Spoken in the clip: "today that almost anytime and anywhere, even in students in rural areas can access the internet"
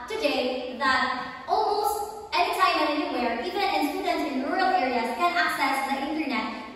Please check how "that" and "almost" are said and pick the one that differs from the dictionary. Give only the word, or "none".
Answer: almost